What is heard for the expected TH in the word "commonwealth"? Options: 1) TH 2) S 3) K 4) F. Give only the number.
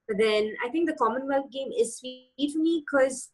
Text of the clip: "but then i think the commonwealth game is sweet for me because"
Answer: 4